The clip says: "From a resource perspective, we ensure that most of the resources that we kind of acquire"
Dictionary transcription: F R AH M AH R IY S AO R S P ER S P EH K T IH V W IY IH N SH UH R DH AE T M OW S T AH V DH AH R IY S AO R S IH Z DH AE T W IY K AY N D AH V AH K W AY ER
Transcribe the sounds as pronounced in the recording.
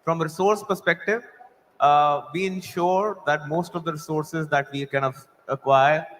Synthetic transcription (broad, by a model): F R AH M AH R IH S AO R S P ER S P EH K T IH V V IY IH N SH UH R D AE T M OW S T AH V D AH R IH S AO R S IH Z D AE T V IY K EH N AH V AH K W AY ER